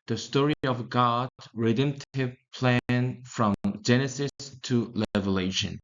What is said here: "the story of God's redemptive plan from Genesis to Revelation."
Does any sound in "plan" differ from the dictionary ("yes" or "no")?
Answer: no